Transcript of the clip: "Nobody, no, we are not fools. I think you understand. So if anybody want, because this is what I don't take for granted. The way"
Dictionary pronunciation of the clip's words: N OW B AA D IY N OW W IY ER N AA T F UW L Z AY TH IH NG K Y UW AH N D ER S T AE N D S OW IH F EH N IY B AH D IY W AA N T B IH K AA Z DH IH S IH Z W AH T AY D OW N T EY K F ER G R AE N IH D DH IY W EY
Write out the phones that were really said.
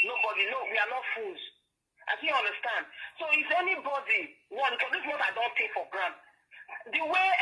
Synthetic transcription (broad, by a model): N OW B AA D IY N OW W IY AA N AA T F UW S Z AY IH K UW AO N D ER S T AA N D S OW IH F EH N IY B AH D IY W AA T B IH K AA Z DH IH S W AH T AY D OW N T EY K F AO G R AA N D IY W EY